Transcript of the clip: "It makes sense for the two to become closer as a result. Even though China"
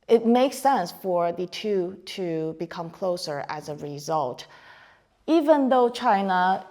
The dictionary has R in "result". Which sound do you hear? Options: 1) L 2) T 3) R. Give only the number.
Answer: 3